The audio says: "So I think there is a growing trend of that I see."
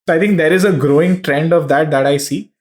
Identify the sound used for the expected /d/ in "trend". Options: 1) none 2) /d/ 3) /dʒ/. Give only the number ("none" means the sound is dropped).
2